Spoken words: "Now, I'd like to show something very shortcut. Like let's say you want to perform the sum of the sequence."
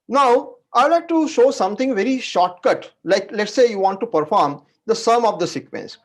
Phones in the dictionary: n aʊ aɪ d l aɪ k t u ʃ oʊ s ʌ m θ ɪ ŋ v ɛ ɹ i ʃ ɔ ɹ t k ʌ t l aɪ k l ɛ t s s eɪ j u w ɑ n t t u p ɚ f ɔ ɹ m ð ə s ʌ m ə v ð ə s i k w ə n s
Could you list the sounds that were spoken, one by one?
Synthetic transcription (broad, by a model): n aʊ aɪ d l aɪ k t u ʃ oʊ s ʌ m t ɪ ŋ v ɛ ɹ i ʃ ɔ ɹ t k ʌ t l aɪ k l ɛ t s s eɪ j u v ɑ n t t u p ɚ f ɔ ɹ m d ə s ʌ m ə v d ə s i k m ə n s